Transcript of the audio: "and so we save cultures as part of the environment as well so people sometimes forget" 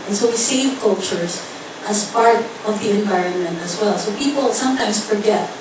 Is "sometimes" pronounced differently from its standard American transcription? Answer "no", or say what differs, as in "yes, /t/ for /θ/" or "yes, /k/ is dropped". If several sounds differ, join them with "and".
yes, /s/ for /z/